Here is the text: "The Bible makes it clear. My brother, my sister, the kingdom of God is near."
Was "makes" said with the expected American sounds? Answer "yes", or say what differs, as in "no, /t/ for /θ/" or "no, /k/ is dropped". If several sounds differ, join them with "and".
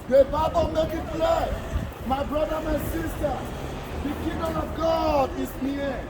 no, /s/ is dropped